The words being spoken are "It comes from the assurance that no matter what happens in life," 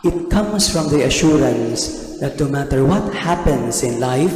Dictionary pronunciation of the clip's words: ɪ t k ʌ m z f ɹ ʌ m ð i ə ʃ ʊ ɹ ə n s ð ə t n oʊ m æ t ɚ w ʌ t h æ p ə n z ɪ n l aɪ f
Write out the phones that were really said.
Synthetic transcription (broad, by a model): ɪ t k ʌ m s f ɹ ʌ m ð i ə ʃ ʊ ɹ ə n s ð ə t n oʊ m æ t ɚ w ʌ t h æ p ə n s ɪ n l aɪ f